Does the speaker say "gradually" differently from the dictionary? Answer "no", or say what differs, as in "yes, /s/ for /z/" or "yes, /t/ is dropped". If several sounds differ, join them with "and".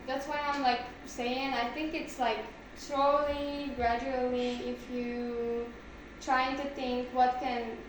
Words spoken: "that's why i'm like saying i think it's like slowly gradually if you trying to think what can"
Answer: no